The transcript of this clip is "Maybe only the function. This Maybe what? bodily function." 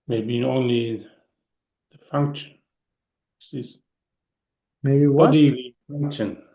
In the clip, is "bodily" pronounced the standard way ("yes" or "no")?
no